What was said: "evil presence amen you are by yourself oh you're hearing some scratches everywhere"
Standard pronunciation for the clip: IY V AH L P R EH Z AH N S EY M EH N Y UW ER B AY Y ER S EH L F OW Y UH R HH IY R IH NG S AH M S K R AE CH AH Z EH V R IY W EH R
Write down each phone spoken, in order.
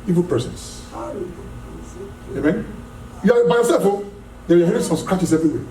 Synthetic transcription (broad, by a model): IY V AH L P EH S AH N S EY M EH N Y UW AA B AY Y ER S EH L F OW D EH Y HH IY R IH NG S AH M S K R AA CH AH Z EH V R IY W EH